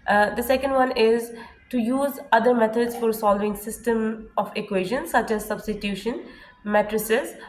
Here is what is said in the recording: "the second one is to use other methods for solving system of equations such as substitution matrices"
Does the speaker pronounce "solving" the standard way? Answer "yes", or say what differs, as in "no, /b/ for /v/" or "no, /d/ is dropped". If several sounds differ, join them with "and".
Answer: yes